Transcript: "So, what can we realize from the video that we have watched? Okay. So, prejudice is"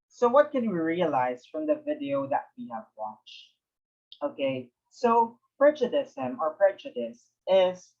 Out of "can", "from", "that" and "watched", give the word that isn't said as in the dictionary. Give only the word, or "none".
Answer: none